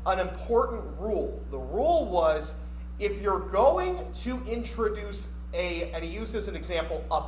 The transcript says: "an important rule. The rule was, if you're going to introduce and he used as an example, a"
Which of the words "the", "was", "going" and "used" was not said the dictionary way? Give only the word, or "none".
used